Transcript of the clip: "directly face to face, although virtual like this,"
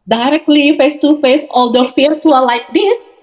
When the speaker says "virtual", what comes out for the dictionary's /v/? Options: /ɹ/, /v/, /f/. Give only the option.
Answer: /f/